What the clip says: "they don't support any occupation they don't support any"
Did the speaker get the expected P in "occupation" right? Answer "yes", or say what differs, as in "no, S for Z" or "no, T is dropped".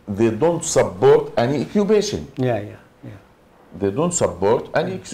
no, B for P